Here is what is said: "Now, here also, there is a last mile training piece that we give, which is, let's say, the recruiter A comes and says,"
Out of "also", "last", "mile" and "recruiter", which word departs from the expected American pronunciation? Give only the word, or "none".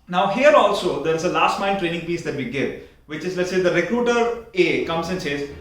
mile